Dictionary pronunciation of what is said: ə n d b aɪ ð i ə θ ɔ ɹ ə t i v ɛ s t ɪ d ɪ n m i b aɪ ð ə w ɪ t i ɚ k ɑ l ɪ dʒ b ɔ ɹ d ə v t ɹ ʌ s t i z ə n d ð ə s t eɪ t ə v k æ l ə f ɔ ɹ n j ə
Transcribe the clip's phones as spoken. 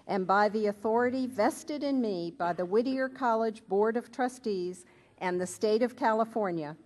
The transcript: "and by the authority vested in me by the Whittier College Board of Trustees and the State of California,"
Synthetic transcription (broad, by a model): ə n b aɪ ð i ə θ ɔ ɹ ə t i v ɛ s t ɪ d ɪ n m i b aɪ ð ə w ɪ t i ɚ k ɑ l ɪ dʒ b ɔ ɹ d ə v t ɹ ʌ s t i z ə n ð ə s t eɪ t ə v k æ l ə f ɔ ɹ n j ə